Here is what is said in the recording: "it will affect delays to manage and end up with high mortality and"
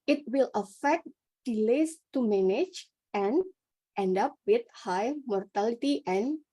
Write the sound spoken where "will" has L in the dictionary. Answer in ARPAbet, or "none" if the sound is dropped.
L